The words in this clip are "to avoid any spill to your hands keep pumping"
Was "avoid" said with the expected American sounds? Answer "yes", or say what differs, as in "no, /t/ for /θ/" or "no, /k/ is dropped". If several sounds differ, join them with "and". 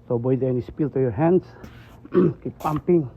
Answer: no, /b/ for /v/